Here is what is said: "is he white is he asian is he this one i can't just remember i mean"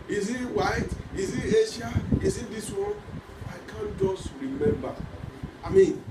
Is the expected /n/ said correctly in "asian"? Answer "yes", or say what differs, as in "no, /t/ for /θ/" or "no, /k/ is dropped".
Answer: no, /n/ is dropped